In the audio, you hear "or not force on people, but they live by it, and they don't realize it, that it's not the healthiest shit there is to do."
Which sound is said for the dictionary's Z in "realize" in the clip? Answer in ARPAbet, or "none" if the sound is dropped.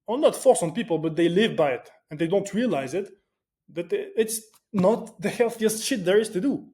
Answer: Z